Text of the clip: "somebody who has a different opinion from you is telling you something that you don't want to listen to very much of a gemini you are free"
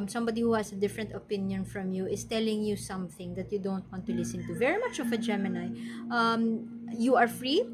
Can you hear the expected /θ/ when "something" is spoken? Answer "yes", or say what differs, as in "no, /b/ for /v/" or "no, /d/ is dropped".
yes